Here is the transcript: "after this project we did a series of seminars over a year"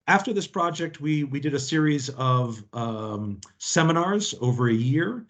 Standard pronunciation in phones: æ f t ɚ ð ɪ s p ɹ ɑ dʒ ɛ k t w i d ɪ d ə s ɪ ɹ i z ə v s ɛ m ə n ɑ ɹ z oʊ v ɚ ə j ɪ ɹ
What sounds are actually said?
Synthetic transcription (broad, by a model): æ f t ɚ ð ɪ s p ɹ ɑ dʒ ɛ k t w i d ɪ d ə s ɪ ɹ i z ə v s ɛ m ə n ɑ ɹ z oʊ v ɚ ə j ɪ ɹ